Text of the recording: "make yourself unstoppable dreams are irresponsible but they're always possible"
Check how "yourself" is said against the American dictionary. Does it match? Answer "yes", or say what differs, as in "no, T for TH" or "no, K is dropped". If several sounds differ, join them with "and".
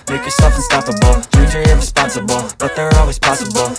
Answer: no, L is dropped